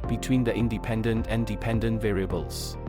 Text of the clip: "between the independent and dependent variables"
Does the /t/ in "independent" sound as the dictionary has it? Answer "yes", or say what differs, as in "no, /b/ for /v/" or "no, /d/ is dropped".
yes